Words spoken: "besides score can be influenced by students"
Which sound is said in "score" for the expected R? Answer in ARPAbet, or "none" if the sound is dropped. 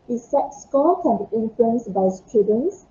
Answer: L